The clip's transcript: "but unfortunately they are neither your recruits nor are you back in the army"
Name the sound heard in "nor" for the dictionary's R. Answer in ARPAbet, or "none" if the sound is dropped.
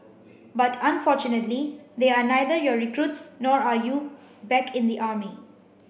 R